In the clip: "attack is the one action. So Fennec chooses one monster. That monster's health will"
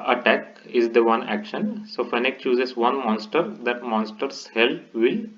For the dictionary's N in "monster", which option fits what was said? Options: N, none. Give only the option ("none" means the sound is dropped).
N